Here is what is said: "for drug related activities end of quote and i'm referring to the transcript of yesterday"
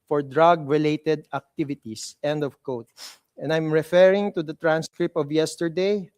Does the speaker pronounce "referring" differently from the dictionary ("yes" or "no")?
no